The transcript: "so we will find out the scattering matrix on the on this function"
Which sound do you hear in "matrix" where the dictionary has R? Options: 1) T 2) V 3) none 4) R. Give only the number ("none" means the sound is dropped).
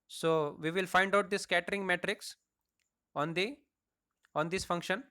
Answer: 4